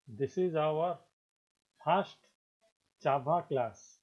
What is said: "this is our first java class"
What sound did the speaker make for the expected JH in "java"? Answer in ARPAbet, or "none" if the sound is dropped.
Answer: CH